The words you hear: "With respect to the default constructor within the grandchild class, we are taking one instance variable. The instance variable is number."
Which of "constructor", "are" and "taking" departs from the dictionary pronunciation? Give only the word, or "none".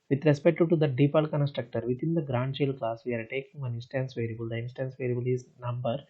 none